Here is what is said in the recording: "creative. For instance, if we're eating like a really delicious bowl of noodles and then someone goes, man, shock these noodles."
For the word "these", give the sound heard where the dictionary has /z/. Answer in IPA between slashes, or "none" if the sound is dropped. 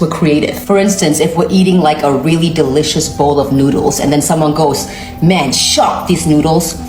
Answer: /z/